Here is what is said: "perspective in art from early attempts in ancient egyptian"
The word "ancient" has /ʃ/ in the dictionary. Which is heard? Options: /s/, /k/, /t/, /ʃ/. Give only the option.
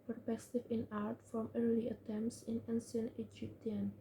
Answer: /s/